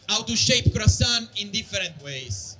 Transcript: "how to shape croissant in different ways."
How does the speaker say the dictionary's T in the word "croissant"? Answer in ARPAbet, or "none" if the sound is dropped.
none